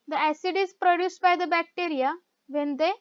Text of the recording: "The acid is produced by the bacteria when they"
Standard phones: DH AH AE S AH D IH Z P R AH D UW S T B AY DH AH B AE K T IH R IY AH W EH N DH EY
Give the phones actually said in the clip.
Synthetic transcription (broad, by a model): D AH AE S AH D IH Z P R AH D UW S T B AY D AH B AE K T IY R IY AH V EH N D EY